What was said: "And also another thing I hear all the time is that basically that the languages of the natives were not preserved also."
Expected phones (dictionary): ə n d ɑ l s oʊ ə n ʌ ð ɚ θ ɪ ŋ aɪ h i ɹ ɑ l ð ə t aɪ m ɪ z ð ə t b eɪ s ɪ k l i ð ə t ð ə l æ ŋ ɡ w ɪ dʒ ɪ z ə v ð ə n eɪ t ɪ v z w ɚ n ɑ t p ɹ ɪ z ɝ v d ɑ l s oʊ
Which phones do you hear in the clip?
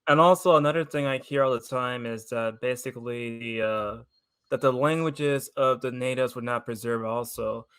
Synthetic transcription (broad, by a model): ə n ɑ l s oʊ ə n ʌ ð ɚ θ ɪ ŋ aɪ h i ɹ ɑ l ð ə t aɪ m ɪ z ð ə t b eɪ s ɪ k l i ð ə t ð ə l æ ŋ ɡ w ɪ dʒ ɪ z ə v ð ə n eɪ t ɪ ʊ z w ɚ n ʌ t p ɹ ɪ z ɝ v ɑ l s oʊ